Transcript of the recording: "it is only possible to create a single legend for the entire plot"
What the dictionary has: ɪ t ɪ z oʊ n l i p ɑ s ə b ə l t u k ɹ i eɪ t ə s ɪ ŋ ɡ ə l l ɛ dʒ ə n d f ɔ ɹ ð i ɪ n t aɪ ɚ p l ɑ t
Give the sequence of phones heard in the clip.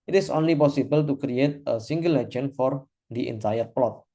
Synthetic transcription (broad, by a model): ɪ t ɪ s oʊ n l i p ɑ s ə b ə l t u k ɹ i eɪ t ə s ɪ ŋ ɡ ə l l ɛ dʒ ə n f ɔ ɹ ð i ɪ n t aɪ ɚ p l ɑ t